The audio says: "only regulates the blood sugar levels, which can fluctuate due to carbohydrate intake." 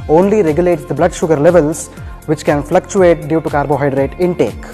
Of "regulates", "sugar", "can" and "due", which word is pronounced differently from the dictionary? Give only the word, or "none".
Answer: none